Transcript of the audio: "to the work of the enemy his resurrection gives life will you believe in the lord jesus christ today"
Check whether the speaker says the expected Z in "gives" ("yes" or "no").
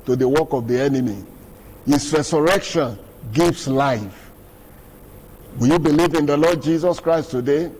no